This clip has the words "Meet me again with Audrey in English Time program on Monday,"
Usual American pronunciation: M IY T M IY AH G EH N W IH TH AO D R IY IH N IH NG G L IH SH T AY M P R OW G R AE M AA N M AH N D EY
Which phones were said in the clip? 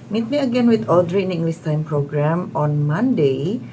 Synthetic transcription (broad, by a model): M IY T M IY AH G EH N W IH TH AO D R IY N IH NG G L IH S T AY M P R OW G R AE M AA N M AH N D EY